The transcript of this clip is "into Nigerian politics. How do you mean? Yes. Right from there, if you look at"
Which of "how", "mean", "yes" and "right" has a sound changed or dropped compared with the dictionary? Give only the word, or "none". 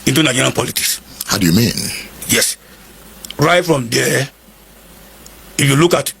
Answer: none